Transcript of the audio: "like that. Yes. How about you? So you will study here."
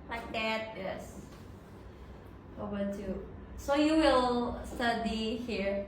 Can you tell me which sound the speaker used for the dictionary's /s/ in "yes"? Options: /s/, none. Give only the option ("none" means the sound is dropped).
/s/